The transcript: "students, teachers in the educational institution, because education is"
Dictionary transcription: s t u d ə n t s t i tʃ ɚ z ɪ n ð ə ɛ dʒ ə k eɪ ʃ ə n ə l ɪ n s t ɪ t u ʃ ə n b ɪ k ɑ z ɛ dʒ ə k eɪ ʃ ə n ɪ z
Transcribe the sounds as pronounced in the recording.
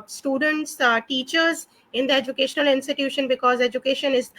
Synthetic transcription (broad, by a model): s t u d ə n t s t i tʃ ɚ z ɪ n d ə ɛ dʒ ə k eɪ ʃ ə n ə l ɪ n s t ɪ t u ʃ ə n b ɪ k ɑ z ɛ dʒ ə k eɪ ʃ ə n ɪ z